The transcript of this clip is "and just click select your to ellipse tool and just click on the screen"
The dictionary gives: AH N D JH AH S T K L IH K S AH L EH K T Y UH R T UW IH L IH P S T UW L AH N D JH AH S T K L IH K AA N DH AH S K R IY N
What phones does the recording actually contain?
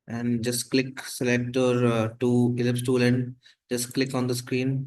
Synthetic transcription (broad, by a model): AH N D JH AH S T K L IH K S AH L EH K T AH R T UW IH L IH P S T UW L AH N D JH AH S T K L IH K AA N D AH S K R IY N